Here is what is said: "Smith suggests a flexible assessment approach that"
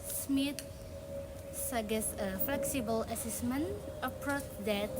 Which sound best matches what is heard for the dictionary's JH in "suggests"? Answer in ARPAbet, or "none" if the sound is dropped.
none